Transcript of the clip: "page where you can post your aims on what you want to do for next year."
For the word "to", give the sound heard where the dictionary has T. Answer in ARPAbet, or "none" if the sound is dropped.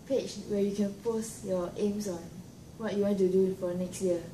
T